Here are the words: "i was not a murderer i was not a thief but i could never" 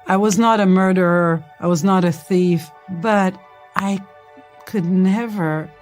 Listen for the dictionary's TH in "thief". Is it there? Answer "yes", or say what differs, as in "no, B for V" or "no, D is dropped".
yes